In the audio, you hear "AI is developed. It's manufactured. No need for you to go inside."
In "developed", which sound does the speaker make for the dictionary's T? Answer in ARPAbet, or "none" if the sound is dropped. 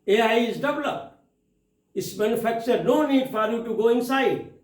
none